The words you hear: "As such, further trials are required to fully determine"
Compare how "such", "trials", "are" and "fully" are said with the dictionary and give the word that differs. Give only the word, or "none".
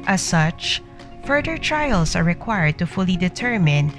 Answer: trials